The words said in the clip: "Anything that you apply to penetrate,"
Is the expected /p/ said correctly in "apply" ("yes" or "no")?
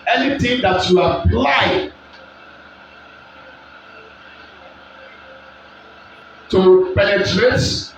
no